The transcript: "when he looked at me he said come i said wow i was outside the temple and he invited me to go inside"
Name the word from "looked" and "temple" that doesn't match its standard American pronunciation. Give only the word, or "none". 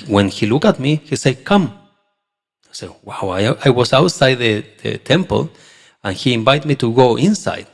looked